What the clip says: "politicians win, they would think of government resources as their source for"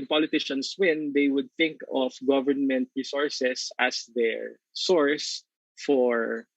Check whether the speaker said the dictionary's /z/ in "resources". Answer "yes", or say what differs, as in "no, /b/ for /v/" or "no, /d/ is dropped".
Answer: no, /s/ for /z/